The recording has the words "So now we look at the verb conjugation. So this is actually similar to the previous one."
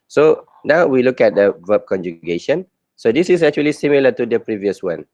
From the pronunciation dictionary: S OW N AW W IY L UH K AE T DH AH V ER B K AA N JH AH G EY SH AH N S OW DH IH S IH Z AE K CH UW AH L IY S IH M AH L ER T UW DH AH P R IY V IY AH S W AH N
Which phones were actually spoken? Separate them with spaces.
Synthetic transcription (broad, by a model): S OW N AW W IY L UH K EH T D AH V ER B K AA N JH AH G EY SH AH N S OW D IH S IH S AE K CH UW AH L IY S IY M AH L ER T UW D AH P R IY V IY AH S W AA N